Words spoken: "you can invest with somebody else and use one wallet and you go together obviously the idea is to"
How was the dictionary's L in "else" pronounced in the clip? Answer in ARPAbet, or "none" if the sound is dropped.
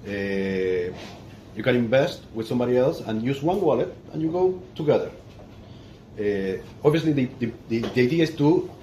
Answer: L